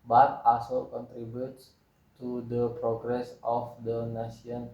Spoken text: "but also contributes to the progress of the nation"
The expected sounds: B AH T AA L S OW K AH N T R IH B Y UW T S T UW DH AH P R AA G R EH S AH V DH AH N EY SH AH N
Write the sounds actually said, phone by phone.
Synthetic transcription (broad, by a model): B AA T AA S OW K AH N T R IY B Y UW T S T UW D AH P R AA G R EH S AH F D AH N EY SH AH N